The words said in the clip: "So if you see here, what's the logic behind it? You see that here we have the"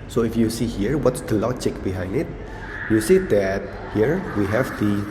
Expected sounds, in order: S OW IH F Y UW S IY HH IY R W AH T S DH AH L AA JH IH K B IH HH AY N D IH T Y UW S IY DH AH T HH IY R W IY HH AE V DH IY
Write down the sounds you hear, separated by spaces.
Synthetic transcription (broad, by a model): S OW IH F Y UW S IY HH IY R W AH T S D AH L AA CH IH K B IH HH AY N D IH T Y UW S IY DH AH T HH IY R W IY HH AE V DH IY